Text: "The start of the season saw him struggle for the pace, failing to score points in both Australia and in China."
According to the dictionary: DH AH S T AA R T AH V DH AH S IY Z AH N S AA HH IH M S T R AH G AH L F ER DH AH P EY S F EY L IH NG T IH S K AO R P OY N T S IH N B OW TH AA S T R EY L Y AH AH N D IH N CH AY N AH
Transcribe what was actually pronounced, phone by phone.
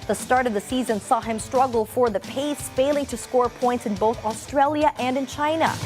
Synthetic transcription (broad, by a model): DH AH S T AA R T AH V DH AH S IY Z AH N S AA HH IH M S T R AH G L F ER DH AH P EY S F EY L IH NG T IH S K AO R P OY N T S IH N B OW TH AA S T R EY L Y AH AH N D IH N CH AY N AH